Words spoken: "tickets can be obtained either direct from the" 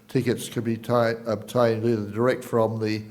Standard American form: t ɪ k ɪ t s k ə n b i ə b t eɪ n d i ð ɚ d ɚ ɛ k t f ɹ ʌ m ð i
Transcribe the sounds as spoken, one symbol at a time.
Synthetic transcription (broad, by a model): t ɪ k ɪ t s k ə b i ə b t eɪ n d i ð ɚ d ɚ ɛ k t f ɹ ʌ m ð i